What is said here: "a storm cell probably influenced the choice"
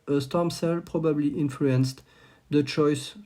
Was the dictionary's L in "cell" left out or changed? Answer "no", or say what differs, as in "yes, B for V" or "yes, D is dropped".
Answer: no